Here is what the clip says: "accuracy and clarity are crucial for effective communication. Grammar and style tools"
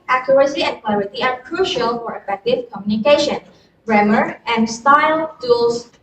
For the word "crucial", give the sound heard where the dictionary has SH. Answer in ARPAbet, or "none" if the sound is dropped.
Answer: SH